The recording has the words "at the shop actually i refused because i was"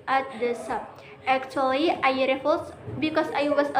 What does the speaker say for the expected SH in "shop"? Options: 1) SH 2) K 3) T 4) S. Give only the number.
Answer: 4